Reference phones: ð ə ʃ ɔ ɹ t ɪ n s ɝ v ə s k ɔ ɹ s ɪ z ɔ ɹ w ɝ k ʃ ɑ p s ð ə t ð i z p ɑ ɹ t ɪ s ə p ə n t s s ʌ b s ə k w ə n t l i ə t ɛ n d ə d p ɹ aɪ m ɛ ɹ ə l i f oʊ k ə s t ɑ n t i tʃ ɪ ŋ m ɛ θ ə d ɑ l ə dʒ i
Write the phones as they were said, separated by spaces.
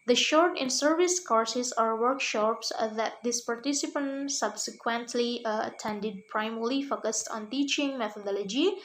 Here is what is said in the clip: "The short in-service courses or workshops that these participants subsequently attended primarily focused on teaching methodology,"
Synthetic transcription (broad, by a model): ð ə ʃ ɔ ɹ t ɪ n s ɝ v ə s k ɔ ɹ s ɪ s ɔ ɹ w ɝ k ʃ ɑ p s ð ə t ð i s p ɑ ɹ t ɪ s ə p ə n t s s ʌ b s ə k w ə n t l i ə t ɛ n d ə d p ɹ aɪ m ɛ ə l i f oʊ k ə s t ɑ n t i tʃ ɪ ŋ m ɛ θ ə d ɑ l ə dʒ i